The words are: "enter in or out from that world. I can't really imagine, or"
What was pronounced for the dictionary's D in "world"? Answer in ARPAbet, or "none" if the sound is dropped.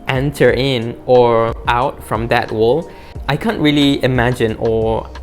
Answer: none